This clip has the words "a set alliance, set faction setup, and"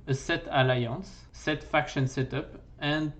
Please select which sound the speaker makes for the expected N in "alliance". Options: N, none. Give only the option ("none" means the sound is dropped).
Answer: none